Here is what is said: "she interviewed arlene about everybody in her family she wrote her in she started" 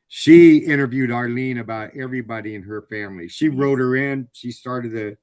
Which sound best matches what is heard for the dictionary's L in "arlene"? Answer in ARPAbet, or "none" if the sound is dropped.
L